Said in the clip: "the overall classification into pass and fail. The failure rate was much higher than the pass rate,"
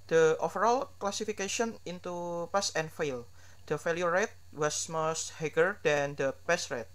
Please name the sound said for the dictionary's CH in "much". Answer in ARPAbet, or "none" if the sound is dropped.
S